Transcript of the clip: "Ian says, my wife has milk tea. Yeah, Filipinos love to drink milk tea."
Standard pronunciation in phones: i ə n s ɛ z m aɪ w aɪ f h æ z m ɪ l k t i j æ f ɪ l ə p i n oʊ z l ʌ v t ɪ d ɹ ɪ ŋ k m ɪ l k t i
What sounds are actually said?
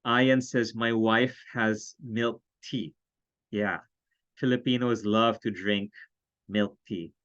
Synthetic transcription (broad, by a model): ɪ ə n s ɛ z m aɪ w aɪ f h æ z m ɪ l k t i j æ f ɪ l ə p i n oʊ z l ʌ v t ɪ d ɹ ɪ ŋ k m ɪ l k t i